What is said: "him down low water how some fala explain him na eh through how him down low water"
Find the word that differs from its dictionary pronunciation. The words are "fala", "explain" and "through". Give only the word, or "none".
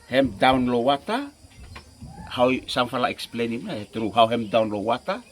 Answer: through